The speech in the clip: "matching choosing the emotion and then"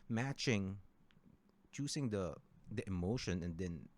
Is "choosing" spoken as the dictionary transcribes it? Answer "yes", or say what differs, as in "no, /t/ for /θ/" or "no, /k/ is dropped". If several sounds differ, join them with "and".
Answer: no, /s/ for /z/